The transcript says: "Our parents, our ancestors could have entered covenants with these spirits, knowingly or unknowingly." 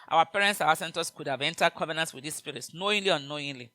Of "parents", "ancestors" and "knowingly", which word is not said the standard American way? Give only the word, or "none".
ancestors